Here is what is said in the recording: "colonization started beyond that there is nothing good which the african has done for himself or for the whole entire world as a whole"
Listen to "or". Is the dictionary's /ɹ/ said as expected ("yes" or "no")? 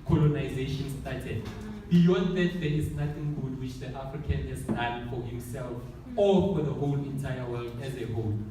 no